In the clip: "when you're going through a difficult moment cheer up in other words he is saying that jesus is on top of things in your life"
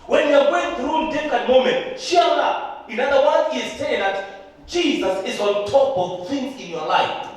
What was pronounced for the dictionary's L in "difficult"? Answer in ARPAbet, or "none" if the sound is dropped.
none